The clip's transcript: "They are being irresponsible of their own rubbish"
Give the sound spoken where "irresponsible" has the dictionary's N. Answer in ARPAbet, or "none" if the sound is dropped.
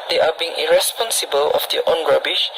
N